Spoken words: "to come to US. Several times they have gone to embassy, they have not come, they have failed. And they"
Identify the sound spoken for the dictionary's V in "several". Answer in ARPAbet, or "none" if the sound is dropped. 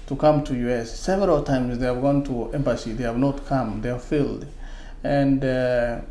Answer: V